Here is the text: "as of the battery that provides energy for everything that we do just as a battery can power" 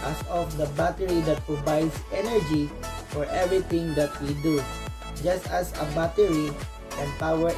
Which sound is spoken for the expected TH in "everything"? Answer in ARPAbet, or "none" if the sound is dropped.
T